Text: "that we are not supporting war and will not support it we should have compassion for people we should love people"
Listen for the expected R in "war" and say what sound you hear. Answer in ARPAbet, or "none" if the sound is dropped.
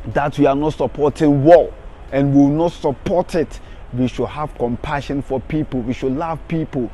L